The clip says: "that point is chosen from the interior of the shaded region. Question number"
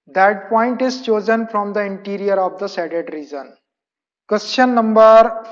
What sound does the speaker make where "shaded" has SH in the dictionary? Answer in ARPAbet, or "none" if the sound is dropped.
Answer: S